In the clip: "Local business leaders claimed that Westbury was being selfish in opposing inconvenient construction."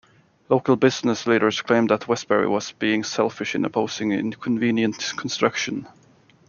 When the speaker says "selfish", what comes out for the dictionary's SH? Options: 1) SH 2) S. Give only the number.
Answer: 1